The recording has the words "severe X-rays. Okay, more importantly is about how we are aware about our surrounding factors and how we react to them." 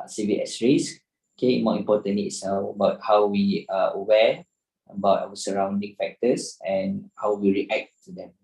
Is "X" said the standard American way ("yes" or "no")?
no